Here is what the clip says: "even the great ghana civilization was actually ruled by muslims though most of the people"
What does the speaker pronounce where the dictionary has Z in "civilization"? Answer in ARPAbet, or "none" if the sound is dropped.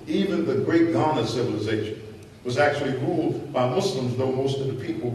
Z